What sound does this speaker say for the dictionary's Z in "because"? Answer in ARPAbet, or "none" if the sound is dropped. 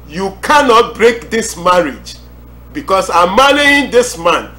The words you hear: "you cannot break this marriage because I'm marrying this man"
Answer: S